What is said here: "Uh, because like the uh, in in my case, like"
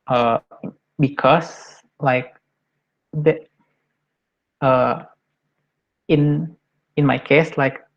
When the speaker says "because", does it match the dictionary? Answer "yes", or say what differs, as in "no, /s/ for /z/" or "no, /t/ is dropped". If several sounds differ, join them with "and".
no, /s/ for /z/